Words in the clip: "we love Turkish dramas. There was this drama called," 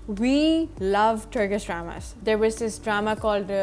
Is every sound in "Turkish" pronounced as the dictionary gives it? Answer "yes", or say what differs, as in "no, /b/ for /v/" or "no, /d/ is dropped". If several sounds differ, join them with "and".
no, /s/ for /ʃ/